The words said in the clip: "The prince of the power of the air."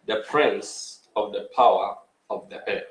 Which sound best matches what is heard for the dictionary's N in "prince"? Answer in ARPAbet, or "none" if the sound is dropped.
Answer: N